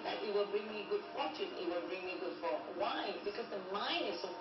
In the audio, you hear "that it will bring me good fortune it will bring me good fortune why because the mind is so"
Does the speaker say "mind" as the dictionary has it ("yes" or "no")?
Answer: no